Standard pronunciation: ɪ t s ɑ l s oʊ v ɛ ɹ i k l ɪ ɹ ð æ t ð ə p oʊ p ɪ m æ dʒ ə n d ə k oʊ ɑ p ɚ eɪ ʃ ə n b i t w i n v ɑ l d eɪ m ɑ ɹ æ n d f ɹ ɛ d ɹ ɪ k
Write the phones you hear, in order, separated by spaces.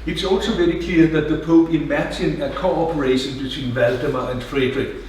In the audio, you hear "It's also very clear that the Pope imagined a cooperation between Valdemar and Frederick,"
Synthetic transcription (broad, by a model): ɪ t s ɑ l s oʊ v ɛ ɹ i k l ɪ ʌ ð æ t ð ə p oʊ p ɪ m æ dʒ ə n ə k oʊ ɑ p ɚ eɪ ʃ ə n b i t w i n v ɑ l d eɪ m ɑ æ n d f ɹ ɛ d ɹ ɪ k